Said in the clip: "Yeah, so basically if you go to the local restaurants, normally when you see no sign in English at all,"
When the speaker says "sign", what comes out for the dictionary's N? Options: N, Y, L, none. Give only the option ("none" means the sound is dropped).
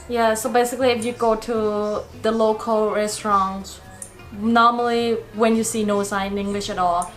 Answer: none